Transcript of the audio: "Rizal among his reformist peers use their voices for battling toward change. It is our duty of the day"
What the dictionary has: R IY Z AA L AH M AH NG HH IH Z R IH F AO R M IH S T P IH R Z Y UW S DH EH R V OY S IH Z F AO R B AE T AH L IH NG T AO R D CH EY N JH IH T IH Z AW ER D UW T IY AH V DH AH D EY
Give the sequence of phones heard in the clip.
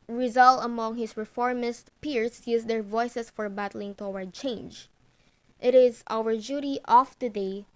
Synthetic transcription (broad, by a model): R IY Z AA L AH M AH NG HH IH S R IH F AO R M IH S T P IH R S Y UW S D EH R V OY S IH S F AO R B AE T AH L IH NG T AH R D CH EY N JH IH T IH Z AW ER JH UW T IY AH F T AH D EY